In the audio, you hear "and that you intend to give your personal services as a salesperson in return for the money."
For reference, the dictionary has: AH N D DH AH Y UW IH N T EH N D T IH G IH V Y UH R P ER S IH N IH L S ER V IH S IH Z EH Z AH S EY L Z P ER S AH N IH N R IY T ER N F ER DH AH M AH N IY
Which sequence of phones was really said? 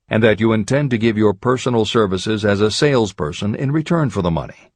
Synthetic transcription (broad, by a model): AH N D DH AH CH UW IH N T EH N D T IH G IH V Y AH R P ER S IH N L S ER V IH S IH Z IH Z AH S EY L Z P ER S AH N IH N R IY T ER N F ER DH AH M AH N IY